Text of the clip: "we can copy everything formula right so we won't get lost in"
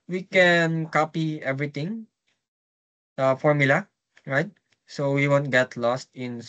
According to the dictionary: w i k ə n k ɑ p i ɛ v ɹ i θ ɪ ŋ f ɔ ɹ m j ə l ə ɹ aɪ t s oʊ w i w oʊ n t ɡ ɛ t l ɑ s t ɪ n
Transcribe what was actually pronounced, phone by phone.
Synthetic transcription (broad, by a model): w i k ə n k ɑ p i ɛ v ɹ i t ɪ ŋ f ɔ ɹ m j ə l ə ɹ aɪ t s oʊ w i w oʊ n t ɡ ɛ t l ɑ s t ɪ n